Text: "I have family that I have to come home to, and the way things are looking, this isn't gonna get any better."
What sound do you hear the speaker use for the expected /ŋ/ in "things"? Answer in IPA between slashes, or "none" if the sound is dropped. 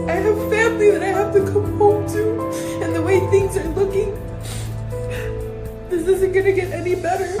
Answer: /ŋ/